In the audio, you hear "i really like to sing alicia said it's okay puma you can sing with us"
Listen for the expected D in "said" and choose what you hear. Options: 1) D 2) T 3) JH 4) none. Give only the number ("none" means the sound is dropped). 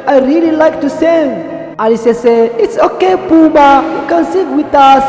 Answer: 4